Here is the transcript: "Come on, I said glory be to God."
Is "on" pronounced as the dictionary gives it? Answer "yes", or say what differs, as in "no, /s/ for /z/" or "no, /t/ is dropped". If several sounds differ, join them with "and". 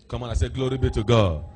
no, /l/ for /n/